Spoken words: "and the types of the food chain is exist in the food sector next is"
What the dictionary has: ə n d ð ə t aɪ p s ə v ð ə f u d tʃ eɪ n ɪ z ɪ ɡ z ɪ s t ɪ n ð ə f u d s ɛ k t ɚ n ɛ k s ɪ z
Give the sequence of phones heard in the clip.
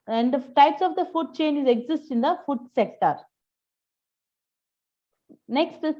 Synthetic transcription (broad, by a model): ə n d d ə t aɪ p s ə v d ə f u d tʃ eɪ n ɪ z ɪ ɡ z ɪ s t ɪ n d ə f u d s ɛ k t ɚ n ɛ k s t